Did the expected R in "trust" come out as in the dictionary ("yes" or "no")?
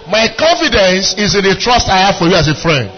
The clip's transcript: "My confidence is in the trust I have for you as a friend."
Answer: yes